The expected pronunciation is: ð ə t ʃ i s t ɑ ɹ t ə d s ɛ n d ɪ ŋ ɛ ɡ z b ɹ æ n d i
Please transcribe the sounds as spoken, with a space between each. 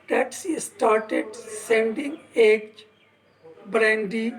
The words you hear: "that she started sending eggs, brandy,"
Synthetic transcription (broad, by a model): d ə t s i s t ɑ ɹ t ə d s ɛ n d ɪ ŋ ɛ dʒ b ɹ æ n d i